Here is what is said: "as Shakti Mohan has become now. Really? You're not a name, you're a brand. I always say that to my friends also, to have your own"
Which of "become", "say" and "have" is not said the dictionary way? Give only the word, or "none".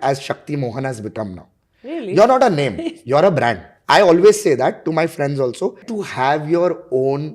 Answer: none